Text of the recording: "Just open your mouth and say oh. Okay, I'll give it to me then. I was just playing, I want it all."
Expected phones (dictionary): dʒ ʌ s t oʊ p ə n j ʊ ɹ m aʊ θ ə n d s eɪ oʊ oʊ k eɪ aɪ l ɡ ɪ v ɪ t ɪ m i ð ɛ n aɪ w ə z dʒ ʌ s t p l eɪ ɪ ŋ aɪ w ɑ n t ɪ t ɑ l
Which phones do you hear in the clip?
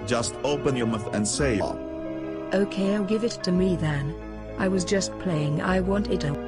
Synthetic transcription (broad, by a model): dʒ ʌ s t oʊ p ə n j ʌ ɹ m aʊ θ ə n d s eɪ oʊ oʊ k eɪ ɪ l ɡ ɪ v ɪ t ɪ m i ð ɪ n aɪ w ə z dʒ ʌ s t p l eɪ ɪ ŋ aɪ w ɑ n t ɪ t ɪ